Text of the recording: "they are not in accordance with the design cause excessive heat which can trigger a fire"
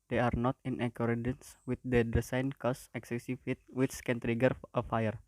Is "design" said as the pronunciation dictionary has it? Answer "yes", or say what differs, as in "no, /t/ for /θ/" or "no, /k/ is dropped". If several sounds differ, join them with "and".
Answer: no, /s/ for /z/